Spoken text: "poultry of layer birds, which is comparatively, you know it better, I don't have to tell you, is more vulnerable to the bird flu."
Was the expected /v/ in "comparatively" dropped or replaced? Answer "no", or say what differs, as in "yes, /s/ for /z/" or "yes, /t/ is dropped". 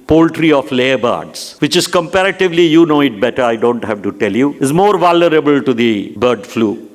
no